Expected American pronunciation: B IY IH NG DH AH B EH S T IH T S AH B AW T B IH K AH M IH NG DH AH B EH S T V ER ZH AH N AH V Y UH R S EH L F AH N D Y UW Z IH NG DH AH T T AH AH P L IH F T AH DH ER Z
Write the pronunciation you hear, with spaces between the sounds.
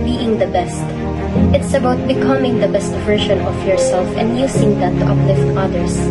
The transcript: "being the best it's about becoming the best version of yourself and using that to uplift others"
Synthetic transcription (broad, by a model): B IY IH NG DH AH B EH S T IH T S AH B AW T B IH K AH M IH NG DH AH B EH S T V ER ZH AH N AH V Y UH R S EH L F AH N D Y UW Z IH NG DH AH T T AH AH P L IH F T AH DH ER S